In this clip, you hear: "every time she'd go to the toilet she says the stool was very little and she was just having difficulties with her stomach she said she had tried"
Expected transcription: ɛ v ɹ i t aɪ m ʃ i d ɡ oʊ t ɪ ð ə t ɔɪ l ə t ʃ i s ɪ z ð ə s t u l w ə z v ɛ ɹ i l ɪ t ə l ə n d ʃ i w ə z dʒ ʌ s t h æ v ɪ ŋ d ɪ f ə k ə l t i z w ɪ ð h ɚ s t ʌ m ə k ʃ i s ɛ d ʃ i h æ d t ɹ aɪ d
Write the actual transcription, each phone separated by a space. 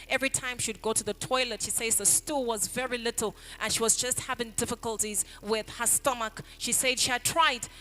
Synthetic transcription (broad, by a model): ɛ v ɹ i t aɪ m ʃ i d ɡ oʊ t ɪ ð ə t ɔɪ l ə t ʃ i s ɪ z ð ə s t u l w ə z v ɛ ɹ i l ɪ t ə l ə n ʃ i w ə z dʒ ʌ s t h æ v ɪ ŋ d ɪ f ə k ə l t i z w ɪ ð h ɚ s t ʌ m ə k ʃ i s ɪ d ʃ i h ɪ d t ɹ aɪ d